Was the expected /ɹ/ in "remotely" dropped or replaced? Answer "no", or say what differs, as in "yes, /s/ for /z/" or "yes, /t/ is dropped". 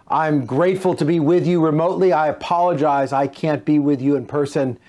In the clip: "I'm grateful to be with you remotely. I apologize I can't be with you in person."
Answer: no